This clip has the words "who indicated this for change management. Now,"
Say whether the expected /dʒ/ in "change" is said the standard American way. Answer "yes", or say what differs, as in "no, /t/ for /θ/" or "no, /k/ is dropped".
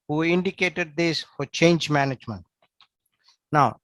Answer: yes